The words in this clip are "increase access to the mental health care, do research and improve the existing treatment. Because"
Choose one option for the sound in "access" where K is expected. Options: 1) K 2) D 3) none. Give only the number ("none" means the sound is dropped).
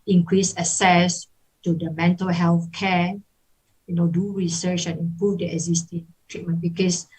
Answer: 3